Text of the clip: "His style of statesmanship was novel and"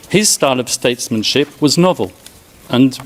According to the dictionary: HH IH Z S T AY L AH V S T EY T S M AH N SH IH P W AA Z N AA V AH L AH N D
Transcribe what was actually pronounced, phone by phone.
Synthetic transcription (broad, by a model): HH IH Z S T AY L AH V S T EY T S M AH N SH IH P W AA Z N AA V AH L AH N